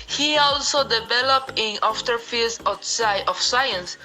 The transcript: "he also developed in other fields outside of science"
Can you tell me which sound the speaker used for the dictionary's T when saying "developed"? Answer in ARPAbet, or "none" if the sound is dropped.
none